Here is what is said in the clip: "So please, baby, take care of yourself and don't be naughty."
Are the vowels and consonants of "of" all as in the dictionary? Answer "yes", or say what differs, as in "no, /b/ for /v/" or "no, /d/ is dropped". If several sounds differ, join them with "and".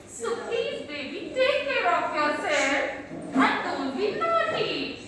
no, /p/ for /v/